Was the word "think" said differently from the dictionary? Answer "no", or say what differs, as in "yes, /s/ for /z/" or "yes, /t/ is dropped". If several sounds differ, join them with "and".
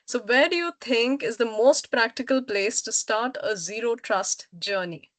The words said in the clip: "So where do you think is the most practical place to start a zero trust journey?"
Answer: yes, /t/ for /θ/